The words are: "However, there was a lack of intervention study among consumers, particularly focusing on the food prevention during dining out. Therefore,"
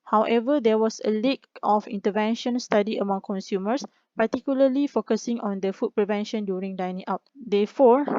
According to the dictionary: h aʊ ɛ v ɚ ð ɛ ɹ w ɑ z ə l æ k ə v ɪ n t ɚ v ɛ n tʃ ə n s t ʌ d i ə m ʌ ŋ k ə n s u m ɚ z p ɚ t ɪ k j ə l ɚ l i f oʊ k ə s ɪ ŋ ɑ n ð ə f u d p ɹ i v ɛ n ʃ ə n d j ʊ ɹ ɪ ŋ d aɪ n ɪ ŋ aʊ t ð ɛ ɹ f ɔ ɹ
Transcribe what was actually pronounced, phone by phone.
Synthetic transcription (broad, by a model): h aʊ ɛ v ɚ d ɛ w ɑ s ə l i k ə f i n t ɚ v ɛ n ʃ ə n s t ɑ d i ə m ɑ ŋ k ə n s u m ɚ s p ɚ t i k j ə l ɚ l i f oʊ k ə s ɪ ŋ ɑ n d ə f u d p ɹ i v ɛ n ʃ ə n d j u ɹ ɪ ŋ d aɪ n ɪ ŋ aʊ t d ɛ f ɔ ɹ